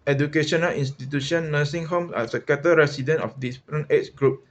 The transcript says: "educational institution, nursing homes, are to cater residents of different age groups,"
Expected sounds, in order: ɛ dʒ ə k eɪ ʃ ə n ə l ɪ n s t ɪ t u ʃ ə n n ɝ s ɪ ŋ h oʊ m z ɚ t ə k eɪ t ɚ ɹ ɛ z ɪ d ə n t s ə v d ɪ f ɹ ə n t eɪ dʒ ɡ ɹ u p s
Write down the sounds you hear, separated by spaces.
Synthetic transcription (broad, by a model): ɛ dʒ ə k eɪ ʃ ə n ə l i n s t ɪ t u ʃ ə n n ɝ s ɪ ŋ h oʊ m s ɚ s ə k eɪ t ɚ ɹ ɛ s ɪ d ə n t ə f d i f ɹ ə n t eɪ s ɡ ɹ u p